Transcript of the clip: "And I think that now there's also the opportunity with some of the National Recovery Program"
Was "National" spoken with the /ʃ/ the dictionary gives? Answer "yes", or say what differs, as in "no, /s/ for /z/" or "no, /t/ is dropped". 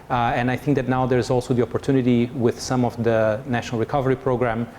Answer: yes